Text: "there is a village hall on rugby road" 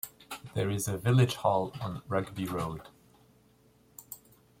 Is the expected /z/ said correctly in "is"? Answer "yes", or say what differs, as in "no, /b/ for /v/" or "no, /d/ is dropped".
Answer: yes